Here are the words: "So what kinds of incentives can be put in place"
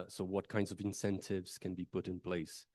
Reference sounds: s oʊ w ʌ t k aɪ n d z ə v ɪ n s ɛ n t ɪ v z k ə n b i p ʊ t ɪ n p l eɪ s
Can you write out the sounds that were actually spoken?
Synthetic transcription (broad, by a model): s oʊ w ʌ t k aɪ n d z ə v ɪ n s ɛ n t ɪ v z k ə n b i p ʊ t ɪ n p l eɪ s